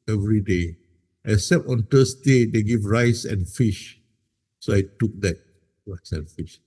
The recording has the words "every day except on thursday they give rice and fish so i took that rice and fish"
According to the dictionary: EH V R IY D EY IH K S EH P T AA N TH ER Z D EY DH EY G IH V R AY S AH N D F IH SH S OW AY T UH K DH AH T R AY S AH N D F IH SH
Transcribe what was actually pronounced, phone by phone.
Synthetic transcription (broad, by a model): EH V R IY D EY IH S EH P AA N T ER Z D EY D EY G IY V R AY S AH N F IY SH S OW AY T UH K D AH T R AY S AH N F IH SH